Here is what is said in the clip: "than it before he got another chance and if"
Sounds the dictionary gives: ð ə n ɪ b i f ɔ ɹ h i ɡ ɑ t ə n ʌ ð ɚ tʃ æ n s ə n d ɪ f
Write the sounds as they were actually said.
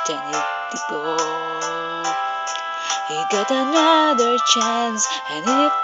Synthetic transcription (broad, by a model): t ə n ɪ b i p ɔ h i ɡ ɑ t ə n ʌ ð ɚ tʃ æ n s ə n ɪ